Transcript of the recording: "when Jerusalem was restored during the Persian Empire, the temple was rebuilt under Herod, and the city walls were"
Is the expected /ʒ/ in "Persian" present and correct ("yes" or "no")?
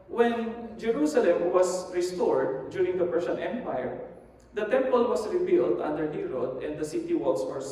no